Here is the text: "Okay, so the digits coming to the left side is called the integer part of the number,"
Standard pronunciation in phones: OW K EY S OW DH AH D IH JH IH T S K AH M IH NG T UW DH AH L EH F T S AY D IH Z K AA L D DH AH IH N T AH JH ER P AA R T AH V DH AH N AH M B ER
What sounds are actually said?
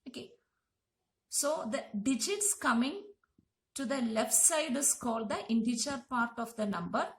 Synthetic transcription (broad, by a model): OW K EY S OW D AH D IH JH IH T S K AH M IH NG T UW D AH L EH F T S AY D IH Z K AA L D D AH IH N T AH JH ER P AA R T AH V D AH N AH M B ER